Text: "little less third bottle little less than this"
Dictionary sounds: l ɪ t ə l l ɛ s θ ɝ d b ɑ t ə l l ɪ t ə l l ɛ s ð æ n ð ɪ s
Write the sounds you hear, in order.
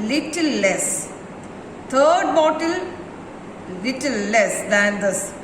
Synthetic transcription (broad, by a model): l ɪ t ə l l ɛ s t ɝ d b ɑ t ə l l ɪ t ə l l ɛ s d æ n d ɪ s